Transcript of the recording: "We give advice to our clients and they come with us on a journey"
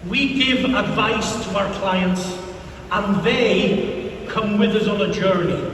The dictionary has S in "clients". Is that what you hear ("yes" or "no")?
yes